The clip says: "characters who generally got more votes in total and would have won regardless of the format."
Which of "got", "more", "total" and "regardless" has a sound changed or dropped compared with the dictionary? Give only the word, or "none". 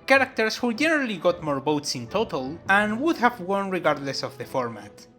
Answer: none